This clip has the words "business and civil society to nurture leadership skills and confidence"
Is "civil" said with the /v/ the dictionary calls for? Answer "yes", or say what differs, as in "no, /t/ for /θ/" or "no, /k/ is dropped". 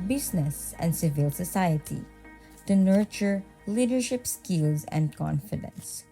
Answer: yes